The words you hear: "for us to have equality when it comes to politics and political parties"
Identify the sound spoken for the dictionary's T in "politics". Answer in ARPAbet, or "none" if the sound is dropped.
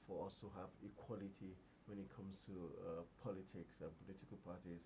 T